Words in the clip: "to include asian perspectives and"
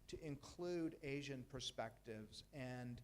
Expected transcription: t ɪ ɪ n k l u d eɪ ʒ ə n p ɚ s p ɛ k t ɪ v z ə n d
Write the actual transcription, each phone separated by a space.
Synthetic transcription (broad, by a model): t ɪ ɪ n k l u d eɪ ʒ ə n p ɚ s p ɛ k t ɪ v z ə n